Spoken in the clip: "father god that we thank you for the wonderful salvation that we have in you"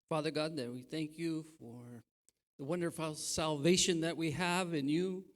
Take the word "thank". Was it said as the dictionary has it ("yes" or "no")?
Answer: yes